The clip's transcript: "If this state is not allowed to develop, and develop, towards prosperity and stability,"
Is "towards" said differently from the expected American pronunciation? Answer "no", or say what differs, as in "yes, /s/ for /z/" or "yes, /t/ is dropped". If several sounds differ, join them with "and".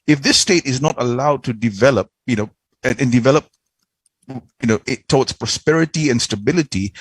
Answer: yes, /w/ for /ɹ/